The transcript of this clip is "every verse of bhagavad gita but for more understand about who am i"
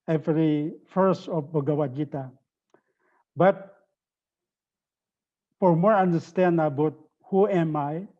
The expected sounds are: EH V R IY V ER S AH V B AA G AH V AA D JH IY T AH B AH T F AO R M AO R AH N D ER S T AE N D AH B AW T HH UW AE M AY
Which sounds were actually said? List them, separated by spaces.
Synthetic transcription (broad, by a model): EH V R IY F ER S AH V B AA G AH W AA JH IY T AH B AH T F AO R M AO R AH N D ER S T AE N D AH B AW T HH UW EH M AY